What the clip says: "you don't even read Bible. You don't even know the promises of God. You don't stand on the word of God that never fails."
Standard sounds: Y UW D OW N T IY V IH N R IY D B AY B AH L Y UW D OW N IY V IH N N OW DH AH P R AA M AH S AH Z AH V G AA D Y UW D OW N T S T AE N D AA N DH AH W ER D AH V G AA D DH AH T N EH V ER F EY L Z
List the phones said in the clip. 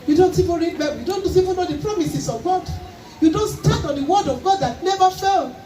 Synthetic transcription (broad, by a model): Y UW D OW N T IY V IH N R IY D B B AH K Y UW D OW N IY V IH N N OW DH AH P R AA M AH S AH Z AH V G AA D Y UW D OW N T S T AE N AA N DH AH W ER D AH V G AA D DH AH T N EH V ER F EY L